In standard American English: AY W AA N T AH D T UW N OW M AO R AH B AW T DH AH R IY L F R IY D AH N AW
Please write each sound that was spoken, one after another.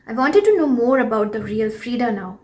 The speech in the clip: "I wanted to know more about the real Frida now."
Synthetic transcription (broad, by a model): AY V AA N T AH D T UW N OW M AO R AH B AW T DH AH R IY L F R IY D AH N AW